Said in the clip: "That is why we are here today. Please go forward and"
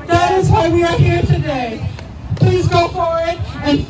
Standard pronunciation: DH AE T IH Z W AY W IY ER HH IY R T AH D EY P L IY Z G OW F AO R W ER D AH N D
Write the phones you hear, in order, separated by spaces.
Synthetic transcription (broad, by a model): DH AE T IH Z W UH W IY ER HH IY R T AH D EY P L IY Z G OW F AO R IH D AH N